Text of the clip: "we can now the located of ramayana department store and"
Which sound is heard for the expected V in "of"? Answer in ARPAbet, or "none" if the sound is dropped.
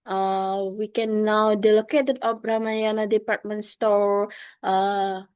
P